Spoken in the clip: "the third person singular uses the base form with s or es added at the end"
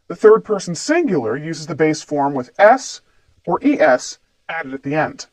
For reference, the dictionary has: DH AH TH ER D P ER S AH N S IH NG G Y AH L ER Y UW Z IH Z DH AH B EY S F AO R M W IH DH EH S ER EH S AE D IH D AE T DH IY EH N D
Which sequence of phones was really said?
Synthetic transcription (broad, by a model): DH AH TH ER D P ER S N S IH NG G Y L ER Y UW Z IH Z DH AH B EY S F AO R M W IH DH EH S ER EH S AE D IH D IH T DH IY EH N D